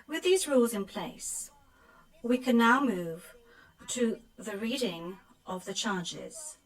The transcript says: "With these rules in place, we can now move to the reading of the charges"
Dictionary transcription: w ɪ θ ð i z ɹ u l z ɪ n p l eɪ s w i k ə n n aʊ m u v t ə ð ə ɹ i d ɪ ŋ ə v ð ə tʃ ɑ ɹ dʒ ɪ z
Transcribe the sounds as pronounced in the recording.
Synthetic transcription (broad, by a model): w ɪ ð i z ɹ u l z ɪ n p l eɪ s w i k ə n n aʊ m u v t ə ð ə ɹ i d ɪ ŋ ə v ð ə tʃ ɑ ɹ dʒ ɪ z